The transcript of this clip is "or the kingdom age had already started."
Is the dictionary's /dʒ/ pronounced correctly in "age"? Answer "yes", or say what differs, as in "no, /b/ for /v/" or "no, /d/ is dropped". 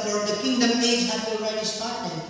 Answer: no, /z/ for /dʒ/